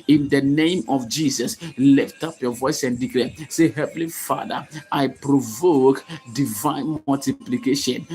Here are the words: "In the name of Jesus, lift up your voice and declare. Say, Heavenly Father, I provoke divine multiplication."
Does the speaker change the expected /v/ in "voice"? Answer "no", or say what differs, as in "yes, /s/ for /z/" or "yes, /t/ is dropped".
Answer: no